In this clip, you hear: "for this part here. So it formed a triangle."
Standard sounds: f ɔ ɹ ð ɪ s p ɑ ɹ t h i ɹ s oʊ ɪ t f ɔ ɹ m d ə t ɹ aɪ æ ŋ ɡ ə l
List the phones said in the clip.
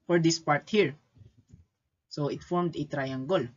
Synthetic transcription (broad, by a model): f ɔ ɹ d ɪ s p ɑ ɹ t h i ɹ s oʊ ɪ t f ɔ ɹ m d ə t ɹ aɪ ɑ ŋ ɡ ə l